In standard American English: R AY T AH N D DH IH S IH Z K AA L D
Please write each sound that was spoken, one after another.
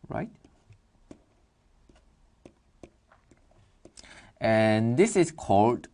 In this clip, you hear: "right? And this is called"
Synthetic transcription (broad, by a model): R AY T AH N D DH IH S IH S K AA L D